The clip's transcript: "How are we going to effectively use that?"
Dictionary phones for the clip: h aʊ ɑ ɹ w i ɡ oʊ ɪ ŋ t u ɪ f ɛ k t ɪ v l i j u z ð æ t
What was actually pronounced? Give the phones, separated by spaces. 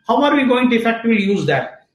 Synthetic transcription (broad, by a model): h aʊ ɑ ɹ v i ɡ oʊ ɪ ŋ t u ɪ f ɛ k t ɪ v i j u z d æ t